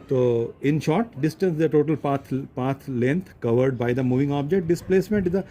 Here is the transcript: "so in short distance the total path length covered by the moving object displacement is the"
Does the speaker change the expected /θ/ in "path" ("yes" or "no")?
yes